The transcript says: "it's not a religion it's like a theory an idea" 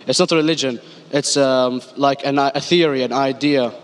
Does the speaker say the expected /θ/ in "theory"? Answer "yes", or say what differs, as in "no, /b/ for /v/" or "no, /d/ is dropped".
yes